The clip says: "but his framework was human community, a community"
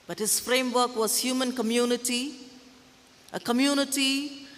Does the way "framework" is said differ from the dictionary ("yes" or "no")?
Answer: no